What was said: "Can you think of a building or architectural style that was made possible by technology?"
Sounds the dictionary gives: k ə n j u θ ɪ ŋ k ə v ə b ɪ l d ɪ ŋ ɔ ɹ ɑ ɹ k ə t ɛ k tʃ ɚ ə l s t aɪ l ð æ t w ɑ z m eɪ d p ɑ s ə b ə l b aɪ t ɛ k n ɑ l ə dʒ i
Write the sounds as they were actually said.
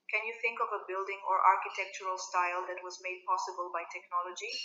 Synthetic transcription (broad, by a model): k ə n j u θ ɪ ŋ k ə v ə b ɪ l d ɪ ŋ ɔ ɹ ɑ ɹ k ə t ɛ k tʃ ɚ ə l s t aɪ l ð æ t w ɑ z m eɪ d p ɑ s ə b ə l b aɪ t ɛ k n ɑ l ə dʒ i